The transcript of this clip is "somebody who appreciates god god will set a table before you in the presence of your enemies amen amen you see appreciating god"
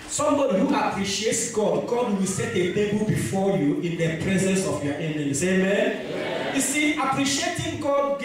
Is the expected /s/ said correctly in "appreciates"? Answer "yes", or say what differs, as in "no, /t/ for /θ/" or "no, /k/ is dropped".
yes